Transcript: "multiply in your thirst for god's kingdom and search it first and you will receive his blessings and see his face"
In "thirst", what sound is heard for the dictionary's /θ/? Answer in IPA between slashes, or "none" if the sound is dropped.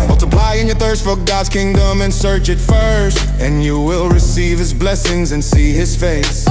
/θ/